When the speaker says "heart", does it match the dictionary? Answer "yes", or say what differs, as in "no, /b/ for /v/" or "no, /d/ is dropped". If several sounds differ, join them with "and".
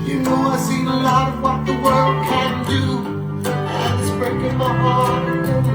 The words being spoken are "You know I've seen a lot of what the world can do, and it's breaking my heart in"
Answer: no, /t/ is dropped